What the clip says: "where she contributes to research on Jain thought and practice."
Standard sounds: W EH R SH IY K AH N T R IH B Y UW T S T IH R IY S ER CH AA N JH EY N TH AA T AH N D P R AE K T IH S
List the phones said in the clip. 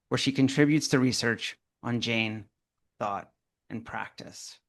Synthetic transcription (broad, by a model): W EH R SH IY K AH N T R IH B Y UW T S T IH R IY S ER CH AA N JH EY N TH AA T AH N P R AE K T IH S